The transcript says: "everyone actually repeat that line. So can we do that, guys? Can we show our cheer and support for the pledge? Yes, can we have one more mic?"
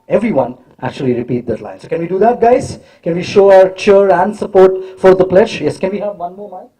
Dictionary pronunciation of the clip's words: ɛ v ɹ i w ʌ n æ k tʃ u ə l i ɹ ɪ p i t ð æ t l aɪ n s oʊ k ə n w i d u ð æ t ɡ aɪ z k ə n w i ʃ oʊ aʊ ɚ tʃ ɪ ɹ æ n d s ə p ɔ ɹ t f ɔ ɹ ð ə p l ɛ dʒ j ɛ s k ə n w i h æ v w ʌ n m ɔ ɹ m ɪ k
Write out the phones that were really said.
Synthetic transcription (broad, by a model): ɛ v ɹ i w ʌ n æ k tʃ u ə l i ɹ ɪ p i t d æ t l aɪ n s oʊ k ə n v i d u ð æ t ɡ aɪ z k ə n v i ʃ oʊ aʊ ɚ tʃ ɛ ɹ æ n d s ə p ɔ ɹ t f ɔ ɹ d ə p l ɛ dʒ j ɛ s k ə n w i h æ v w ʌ n m ɔ ɹ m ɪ